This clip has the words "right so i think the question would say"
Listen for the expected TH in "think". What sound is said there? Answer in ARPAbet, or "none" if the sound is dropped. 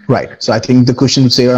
TH